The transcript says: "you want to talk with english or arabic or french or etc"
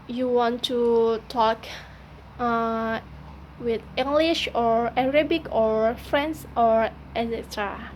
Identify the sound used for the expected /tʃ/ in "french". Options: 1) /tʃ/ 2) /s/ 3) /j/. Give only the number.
2